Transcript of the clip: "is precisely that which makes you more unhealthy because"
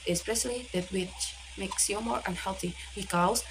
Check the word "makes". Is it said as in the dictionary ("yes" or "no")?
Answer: yes